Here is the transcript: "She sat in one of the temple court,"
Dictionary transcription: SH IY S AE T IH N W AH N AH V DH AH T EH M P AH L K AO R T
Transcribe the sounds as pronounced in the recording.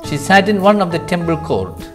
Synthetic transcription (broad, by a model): SH IY S AE T IH N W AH N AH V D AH T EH M B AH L K AO R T